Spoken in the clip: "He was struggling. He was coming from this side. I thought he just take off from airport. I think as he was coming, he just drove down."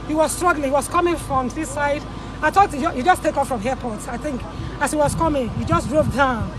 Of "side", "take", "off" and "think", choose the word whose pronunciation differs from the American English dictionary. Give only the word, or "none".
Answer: none